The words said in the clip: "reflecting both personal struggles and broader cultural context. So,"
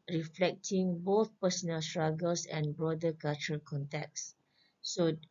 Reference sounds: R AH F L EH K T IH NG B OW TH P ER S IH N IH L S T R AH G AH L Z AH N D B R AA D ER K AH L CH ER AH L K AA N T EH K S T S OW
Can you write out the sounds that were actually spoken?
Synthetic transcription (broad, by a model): R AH F L EH K T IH NG B OW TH P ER S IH N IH L S T R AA G AH L S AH N B R AA D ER K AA L CH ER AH L K AA N T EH K T S OW